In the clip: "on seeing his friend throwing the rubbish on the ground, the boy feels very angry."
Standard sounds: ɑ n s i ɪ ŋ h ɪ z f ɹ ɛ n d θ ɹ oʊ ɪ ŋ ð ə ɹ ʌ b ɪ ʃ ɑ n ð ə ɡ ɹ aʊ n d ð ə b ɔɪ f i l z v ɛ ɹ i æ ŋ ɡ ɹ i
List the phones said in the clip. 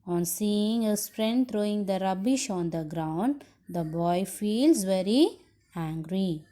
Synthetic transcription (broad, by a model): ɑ n s i ɪ ŋ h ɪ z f ɹ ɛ n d t ɹ oʊ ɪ ŋ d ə ɹ ʌ b ɪ ʃ ɑ n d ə ɡ ɹ aʊ n d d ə b ɔɪ f i l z v ɛ ɹ i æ ŋ ɡ ɹ i